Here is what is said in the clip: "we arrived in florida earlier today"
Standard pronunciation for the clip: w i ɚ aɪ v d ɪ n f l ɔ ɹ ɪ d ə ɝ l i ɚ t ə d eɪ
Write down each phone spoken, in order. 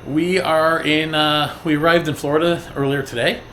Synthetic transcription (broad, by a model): w i ɚ aɪ v d ɪ n f l ɔ ɹ ɪ d ə ɝ l i ɚ t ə d eɪ